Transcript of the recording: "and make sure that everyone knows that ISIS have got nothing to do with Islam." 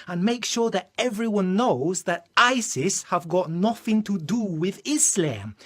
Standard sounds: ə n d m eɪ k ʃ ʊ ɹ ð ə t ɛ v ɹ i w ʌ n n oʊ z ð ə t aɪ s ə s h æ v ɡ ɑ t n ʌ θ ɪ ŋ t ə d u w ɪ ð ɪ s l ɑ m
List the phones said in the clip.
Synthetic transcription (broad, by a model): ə n m eɪ k ʃ ʊ ɹ ð ə t ɛ v ɹ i w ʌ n n oʊ z ð ə t aɪ s ə s h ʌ v ɡ ɑ t n ʌ θ ɪ ŋ t ə d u w ɪ ð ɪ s l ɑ m